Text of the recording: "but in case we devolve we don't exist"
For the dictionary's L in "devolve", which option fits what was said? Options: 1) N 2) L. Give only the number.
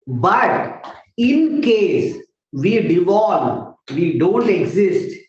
1